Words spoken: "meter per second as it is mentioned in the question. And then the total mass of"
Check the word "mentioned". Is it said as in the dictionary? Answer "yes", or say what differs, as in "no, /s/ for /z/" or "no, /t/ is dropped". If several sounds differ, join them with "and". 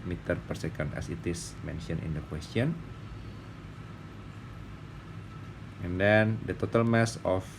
no, /d/ is dropped